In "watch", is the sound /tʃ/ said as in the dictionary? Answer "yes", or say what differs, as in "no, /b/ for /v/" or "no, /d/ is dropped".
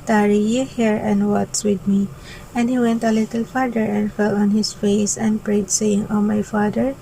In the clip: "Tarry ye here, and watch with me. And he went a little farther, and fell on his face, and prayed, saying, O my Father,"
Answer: no, /s/ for /tʃ/